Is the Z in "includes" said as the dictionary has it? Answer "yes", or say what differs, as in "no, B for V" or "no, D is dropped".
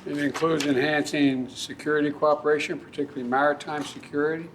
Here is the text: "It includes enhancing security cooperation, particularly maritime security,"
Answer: yes